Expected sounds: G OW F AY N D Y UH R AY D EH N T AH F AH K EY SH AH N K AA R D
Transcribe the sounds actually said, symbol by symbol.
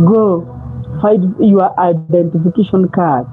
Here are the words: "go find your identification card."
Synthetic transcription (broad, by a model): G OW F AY D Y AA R AY D EH N T AH F AH K EY SH AH N K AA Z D